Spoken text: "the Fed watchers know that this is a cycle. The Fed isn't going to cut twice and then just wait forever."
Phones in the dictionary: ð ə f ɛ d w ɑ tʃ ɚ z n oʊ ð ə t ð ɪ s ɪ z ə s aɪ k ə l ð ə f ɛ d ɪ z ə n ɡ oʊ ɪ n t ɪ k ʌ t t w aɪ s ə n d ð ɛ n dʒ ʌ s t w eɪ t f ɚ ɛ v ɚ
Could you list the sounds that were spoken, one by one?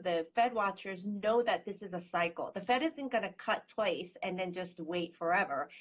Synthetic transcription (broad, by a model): ð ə f ɛ d w ɑ tʃ ɚ z n oʊ ð ə t ð ɪ s ɪ z ə s aɪ k l ð ə f ɛ d ɪ z ə n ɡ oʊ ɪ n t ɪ k ʌ t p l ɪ s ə n ð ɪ n dʒ ʌ s t w eɪ t f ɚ ɛ v ɚ